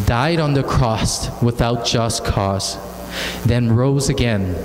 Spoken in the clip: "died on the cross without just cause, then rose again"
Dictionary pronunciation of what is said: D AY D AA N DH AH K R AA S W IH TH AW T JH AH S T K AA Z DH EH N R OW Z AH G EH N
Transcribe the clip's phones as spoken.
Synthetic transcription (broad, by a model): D AY D N DH AH K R AA S W IH TH AW T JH AH S K AA Z DH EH N R OW Z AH G EH N